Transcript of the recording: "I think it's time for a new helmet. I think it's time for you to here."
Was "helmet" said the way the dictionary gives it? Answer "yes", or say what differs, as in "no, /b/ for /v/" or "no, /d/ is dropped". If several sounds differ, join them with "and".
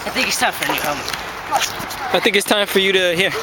no, /l/ is dropped and /t/ is dropped